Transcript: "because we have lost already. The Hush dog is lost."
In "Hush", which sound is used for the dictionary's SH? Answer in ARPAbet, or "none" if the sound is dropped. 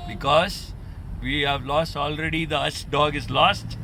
S